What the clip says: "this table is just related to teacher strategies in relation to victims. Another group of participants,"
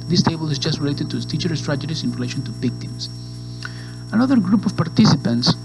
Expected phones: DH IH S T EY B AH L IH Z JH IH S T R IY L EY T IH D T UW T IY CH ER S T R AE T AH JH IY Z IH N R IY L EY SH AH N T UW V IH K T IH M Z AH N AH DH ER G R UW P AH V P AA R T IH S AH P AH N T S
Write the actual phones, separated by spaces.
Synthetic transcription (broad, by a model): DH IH S T EY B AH L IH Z JH IH S T R IY L EY T IH D T UW T IY CH ER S T R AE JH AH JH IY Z IH N R IY L EY SH AH N T UW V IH K T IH M S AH N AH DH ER G R UW P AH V P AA R T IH S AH P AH N T S